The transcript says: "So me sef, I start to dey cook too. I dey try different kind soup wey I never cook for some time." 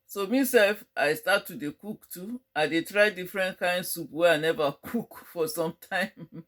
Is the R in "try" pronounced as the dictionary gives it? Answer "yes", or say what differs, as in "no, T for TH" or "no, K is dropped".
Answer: yes